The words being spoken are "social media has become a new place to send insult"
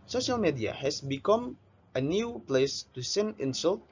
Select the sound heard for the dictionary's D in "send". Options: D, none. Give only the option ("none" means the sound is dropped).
none